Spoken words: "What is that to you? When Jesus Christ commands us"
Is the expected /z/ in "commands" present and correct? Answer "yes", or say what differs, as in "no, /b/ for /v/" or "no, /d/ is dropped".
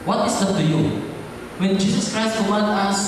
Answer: no, /z/ is dropped